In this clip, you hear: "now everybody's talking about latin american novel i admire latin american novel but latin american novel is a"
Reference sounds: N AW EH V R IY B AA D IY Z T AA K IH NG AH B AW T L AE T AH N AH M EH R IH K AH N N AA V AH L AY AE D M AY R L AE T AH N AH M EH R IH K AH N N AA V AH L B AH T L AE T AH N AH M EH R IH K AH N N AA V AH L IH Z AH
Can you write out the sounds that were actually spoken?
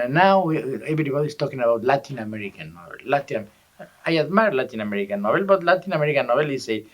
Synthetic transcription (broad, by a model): N AW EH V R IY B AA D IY S T AA K IH NG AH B AW T L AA T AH N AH M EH R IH K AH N N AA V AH L AY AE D M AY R L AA T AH N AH M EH R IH K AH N N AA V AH L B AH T L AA T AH N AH M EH R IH K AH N N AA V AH L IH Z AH